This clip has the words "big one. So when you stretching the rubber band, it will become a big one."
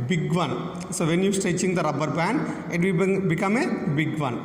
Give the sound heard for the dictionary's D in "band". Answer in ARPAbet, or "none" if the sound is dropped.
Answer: none